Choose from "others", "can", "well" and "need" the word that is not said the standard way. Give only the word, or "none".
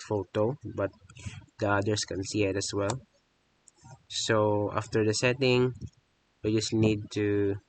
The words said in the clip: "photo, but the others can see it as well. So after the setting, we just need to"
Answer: others